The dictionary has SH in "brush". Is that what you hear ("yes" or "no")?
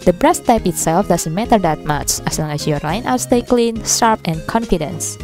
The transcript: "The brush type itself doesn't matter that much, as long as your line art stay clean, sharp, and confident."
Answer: no